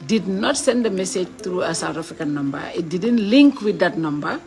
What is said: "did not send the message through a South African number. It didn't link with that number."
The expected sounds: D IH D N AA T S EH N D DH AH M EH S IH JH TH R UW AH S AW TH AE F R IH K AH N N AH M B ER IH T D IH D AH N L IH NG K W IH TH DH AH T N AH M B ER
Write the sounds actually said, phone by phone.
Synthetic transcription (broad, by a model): D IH D N AA T S EH N D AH M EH S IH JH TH R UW AH S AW T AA F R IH K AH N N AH M B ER IH T D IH D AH N L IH NG K W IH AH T N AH M B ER